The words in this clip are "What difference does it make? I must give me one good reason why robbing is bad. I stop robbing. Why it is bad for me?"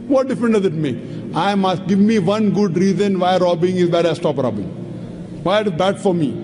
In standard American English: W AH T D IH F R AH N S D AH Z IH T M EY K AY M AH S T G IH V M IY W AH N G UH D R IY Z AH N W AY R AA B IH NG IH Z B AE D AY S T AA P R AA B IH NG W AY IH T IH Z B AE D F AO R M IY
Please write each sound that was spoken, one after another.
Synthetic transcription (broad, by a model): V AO T D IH F R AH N D AH Z IH T M EY K AY M AH S T G IH V M IY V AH N G UH D R IY Z AH N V AY R AA B IH NG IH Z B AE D AY S T AA P R AA B IH NG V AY IH T IH Z B AE D F AO R M IY